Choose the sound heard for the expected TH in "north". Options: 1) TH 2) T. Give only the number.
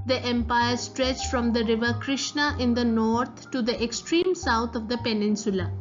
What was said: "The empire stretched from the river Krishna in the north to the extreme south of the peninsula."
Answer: 2